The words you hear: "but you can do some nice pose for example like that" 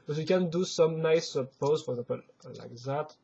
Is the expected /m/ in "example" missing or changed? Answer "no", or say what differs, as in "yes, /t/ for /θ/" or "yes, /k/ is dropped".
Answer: yes, /m/ is dropped